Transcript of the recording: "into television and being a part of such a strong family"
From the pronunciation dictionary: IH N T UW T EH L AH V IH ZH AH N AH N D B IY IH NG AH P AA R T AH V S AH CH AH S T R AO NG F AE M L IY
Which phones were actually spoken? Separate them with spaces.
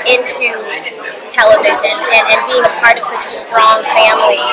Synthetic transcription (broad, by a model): IH N T UW T EH L AH V IH ZH AH N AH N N B IY IH NG AH P AA R T AH V S AH CH AH S T R AO NG F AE M L IY